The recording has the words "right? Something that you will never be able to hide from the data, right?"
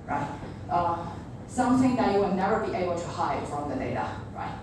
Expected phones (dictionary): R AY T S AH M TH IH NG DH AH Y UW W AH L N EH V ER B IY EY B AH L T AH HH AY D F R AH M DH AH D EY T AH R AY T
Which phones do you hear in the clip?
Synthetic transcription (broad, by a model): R AY T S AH TH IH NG DH AH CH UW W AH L N EH V ER B IY EY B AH L T AH HH AY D F R AH M DH AH D EY T AH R AY T